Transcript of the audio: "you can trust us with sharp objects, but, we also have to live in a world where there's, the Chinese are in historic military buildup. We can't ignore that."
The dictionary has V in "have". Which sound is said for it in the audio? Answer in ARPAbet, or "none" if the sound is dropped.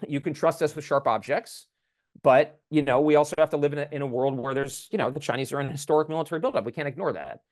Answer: F